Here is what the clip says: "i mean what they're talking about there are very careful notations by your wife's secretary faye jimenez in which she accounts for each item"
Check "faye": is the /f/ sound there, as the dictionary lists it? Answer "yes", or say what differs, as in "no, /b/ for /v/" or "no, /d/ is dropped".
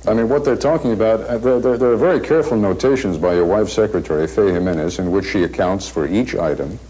yes